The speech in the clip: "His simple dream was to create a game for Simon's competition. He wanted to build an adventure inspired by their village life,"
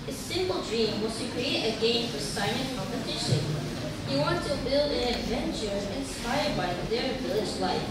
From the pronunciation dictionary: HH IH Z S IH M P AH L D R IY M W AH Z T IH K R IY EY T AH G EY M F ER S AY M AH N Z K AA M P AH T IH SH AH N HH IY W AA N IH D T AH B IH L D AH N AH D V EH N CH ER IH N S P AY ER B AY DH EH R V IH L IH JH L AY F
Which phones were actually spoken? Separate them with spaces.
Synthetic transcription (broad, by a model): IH S IH M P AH L D R IY M W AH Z T IH K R IY EY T AH G EY M F ER S AY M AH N K AA M P AH T IH SH AH N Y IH W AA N T AH B IH L D AH N AH D V EH N CH ER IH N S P AY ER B AY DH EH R V IH L IH JH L AY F